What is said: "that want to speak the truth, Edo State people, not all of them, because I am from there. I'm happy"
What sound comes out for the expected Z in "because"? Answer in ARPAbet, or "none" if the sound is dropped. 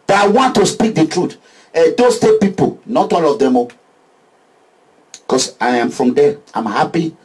S